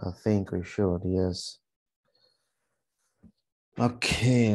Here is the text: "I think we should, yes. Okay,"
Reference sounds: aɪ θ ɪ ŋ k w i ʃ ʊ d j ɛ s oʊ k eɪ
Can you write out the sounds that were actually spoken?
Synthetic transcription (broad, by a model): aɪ θ ɪ ŋ k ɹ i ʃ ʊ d j ɛ s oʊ k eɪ